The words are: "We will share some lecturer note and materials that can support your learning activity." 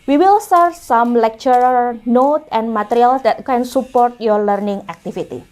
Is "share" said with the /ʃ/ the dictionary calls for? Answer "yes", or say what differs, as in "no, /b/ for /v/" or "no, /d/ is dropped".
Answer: no, /s/ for /ʃ/